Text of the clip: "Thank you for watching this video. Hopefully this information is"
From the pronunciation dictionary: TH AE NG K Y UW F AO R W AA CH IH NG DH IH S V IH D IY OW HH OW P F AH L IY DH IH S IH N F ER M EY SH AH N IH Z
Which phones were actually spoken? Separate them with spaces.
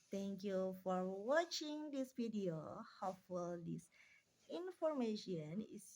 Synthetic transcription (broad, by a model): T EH NG K Y UW F AO R W AA CH IH NG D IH S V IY D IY OW HH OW F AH L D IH S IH N F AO M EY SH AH N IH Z